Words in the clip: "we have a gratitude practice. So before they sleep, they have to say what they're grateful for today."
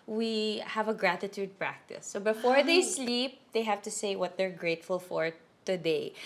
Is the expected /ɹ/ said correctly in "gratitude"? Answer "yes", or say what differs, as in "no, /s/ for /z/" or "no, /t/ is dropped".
yes